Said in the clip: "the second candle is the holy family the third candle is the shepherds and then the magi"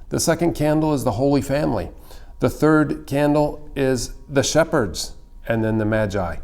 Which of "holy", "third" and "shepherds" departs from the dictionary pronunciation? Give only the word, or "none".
none